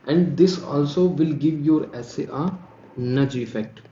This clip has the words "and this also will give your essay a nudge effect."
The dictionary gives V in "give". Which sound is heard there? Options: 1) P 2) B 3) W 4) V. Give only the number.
4